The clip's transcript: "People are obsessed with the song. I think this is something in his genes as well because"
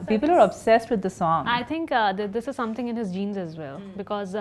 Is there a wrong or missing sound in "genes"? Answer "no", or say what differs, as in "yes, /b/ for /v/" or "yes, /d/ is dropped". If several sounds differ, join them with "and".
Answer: no